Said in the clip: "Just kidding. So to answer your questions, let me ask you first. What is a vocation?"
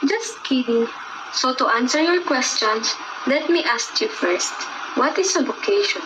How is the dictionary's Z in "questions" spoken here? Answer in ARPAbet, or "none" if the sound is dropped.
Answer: S